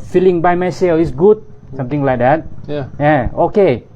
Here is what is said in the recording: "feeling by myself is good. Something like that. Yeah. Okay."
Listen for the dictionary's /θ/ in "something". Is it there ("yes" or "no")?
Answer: no